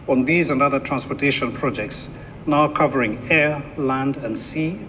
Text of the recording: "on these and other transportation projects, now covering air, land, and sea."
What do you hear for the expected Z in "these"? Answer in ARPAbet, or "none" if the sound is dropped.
Z